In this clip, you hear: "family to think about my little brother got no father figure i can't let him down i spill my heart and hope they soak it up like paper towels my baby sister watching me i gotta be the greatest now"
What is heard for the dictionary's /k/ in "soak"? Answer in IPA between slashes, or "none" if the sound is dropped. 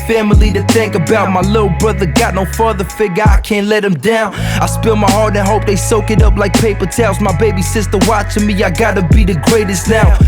/k/